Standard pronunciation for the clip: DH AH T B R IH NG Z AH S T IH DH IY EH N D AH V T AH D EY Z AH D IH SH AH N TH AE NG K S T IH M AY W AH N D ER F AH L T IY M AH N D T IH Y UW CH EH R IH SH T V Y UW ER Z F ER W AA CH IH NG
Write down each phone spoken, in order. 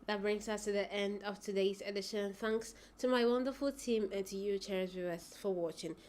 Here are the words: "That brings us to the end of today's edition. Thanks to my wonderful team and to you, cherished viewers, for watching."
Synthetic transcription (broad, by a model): DH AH T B R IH NG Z AH S T IH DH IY EH N D AH V T AH D EY Z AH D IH SH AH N TH AE NG K S T IH M AY W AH N D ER F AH L T IY M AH N T IH Y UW CH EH R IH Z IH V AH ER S F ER W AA CH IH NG